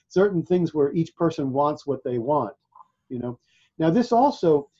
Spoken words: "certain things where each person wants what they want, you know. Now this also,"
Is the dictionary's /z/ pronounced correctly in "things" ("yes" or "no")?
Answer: yes